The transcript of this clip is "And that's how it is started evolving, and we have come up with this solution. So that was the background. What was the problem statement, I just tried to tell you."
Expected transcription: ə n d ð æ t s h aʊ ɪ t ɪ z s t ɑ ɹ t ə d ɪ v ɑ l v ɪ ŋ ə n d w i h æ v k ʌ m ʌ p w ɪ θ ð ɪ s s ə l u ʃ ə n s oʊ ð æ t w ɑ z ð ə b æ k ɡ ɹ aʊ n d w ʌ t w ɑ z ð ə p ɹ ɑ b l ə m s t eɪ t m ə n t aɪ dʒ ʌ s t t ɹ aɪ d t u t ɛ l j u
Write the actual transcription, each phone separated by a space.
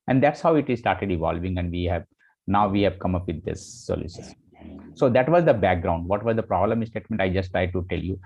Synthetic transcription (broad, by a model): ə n d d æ t s h aʊ ɪ t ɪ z s t ɑ ɹ t ə d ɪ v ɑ l v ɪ ŋ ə n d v i h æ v k ʌ m ʌ p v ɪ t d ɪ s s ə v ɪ s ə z s oʊ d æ t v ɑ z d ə b æ k ɡ ɹ aʊ n d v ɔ t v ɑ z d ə p ɹ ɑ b l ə m s t eɪ t m ə n t aɪ dʒ ʌ s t t ɹ aɪ d t u t ɛ l j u